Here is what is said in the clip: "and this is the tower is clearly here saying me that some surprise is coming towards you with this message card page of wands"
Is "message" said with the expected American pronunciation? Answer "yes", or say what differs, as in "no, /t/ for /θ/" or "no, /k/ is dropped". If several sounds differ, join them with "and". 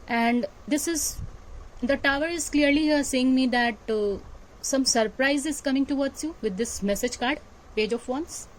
yes